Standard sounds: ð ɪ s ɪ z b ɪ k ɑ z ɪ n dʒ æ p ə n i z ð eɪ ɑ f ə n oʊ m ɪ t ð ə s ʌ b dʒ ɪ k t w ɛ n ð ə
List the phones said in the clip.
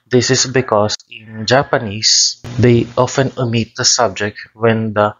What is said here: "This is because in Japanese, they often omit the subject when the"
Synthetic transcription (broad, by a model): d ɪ s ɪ s b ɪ k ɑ s ɪ n dʒ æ p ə n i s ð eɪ ɑ f ə n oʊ m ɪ t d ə s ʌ b dʒ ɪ k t w ɛ n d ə